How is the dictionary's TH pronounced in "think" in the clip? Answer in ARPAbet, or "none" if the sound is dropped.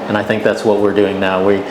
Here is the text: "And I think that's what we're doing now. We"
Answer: TH